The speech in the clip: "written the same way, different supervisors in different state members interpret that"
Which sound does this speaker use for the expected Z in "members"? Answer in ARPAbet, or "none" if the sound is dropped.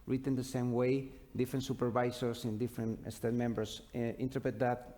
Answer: S